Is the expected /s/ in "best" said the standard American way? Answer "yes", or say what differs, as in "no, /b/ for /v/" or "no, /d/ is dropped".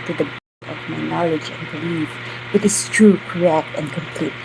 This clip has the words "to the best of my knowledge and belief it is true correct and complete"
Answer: no, /s/ is dropped